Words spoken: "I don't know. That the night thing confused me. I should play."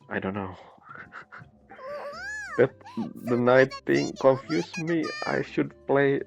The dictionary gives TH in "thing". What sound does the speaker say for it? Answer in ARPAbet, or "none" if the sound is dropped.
T